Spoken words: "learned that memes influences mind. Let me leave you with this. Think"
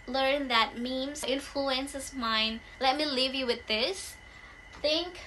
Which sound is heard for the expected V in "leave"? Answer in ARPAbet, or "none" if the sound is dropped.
V